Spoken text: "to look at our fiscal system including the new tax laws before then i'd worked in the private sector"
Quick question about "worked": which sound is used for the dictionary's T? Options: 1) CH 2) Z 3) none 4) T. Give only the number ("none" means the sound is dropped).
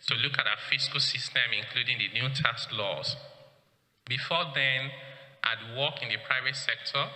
3